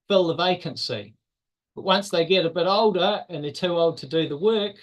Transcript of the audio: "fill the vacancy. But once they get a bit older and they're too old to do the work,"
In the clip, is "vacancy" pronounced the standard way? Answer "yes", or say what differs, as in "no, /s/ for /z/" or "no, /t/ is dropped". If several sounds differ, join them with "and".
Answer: yes